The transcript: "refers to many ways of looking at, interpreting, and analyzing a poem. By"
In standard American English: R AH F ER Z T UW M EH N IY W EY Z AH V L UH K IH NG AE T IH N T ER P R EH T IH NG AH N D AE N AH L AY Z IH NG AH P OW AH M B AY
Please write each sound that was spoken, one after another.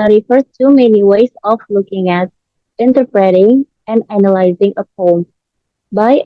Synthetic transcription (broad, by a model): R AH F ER T UW M EH N IY W EY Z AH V L UH K IH NG AE T IH N T ER P R EH T IH NG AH N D AE N AH L AY Z IH NG AH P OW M B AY